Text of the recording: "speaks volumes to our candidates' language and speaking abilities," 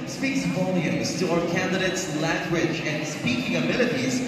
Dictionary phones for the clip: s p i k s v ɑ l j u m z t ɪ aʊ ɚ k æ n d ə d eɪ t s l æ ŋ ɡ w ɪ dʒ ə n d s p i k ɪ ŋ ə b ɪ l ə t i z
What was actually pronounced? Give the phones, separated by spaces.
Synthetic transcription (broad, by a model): s p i k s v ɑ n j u z t ɪ aʊ ɚ k æ n d ə d eɪ t s l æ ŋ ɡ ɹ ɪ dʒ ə n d s p i k ɪ ŋ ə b ɪ l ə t i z